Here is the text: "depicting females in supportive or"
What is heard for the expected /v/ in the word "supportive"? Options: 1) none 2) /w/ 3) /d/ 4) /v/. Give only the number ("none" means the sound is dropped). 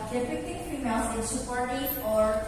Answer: 1